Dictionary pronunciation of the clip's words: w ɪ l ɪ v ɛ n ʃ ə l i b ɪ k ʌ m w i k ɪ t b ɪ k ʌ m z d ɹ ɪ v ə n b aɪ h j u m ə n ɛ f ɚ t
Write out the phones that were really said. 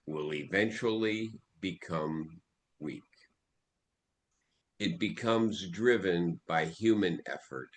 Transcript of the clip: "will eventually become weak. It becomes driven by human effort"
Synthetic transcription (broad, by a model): w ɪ l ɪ v ɛ n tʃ l i b ɪ k ʌ m w i k ɪ t b ɪ k ʌ m z d ɹ ɪ v ə n b aɪ h j u m ə n ɛ f ɚ t